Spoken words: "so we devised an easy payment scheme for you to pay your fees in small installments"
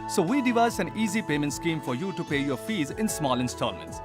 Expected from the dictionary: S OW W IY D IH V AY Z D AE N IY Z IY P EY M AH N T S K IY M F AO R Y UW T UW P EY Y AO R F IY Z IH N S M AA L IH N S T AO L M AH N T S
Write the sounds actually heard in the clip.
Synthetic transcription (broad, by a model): S OW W IY D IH V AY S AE N IY Z IY P EY M AH N T S K IY M F AO R Y UW T UW P EY Y AO R F IY Z IH N S M AA L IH N S T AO L M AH N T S